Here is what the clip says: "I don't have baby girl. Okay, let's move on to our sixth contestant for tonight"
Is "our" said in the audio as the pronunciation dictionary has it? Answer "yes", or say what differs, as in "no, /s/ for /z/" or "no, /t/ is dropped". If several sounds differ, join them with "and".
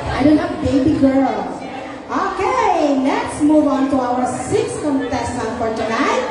no, /w/ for /ɹ/